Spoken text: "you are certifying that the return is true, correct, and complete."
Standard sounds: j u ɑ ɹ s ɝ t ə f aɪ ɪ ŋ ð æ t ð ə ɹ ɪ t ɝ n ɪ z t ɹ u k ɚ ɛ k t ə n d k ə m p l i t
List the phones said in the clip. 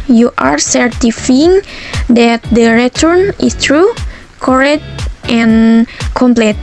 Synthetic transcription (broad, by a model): j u ɑ ɹ s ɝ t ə f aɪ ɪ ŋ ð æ t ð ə ɹ ɪ t ɝ n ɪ s t ɹ u k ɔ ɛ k t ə n k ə m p l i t